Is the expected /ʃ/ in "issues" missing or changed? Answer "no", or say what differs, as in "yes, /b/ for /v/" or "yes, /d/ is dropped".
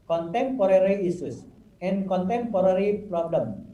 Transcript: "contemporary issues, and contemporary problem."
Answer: yes, /s/ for /ʃ/